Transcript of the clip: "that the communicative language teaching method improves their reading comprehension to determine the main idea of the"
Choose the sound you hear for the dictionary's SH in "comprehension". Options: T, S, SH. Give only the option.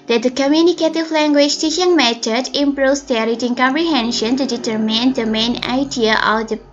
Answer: SH